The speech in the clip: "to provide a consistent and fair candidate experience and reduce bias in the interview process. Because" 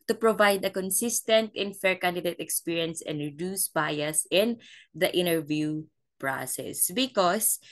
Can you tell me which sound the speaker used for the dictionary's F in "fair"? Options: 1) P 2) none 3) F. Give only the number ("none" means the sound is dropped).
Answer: 3